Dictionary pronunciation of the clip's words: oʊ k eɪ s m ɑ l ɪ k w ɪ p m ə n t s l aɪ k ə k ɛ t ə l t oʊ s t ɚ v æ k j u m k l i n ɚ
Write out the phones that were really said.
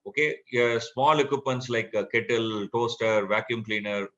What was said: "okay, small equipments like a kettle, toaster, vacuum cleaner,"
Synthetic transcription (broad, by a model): oʊ k eɪ s m ɑ l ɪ k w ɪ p m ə n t s l aɪ k k ɛ t ə l t oʊ s t ɚ v æ k j u m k l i n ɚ